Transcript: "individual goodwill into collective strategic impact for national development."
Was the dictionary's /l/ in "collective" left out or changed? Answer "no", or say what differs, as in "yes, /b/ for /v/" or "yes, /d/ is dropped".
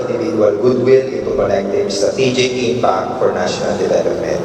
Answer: yes, /n/ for /l/